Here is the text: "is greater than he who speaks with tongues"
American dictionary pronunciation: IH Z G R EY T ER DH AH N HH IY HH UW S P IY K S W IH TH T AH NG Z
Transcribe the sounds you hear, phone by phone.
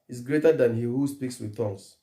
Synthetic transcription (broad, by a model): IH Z G R EY T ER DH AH N HH IY HH UW S P IY K S W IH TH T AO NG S